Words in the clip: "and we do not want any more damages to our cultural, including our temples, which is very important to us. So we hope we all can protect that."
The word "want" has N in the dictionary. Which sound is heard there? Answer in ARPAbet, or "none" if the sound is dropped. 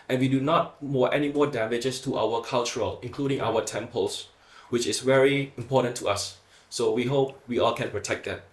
none